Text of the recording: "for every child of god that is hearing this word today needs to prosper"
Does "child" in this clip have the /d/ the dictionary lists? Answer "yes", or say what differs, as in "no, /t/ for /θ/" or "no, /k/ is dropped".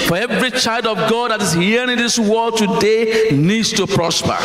yes